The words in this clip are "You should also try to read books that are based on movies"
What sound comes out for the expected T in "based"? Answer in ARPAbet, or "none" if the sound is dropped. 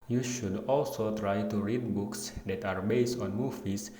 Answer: T